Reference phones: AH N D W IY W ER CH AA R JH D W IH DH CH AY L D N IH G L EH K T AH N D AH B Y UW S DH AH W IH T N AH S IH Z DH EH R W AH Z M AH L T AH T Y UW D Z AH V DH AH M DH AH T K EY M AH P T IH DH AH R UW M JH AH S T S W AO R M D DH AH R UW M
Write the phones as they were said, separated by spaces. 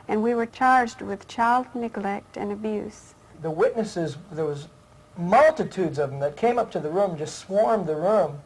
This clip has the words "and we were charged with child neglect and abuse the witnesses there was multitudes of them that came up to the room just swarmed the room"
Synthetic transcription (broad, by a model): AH N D W IY W ER CH AA R JH D W IH DH CH AY L D N IH G L EH K T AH N AH B Y UW S DH AH W IH T N AH S IH Z DH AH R W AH Z M AH L T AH T UW D Z AH V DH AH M DH AH T K EY M AH P T IH DH AH R UW M JH AH S T S W AO R M DH AH R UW M